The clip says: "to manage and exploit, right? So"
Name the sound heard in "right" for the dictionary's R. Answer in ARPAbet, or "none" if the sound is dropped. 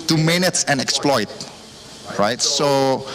R